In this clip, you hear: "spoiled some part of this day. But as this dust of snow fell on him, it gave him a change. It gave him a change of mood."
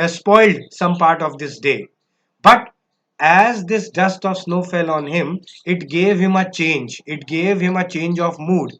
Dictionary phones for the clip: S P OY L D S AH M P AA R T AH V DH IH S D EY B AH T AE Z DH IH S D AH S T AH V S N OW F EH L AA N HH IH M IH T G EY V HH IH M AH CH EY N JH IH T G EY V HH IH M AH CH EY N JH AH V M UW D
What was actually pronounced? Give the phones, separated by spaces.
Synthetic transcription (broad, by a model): S P OY L D S AH M P AA R T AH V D IH S D EY B AH T AE Z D IH S D AH S T AH V S N OW F EH L AA N HH IH M IH T G EY V HH IH M AH CH EY N JH IH T G EY V HH IH M AH CH EY N JH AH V M UW D